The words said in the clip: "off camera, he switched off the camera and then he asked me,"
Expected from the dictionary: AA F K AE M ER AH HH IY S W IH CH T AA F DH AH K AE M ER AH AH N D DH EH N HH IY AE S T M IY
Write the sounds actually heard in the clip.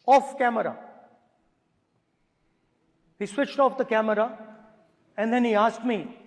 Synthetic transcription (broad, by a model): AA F K AE M ER AH HH IY S W IH CH T AA F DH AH K AE M ER AH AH N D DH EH N HH IY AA S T M IY